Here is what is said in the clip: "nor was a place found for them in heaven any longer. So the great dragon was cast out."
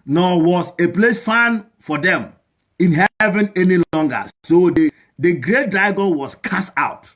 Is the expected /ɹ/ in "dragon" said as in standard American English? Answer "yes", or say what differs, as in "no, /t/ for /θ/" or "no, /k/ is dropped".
no, /ɹ/ is dropped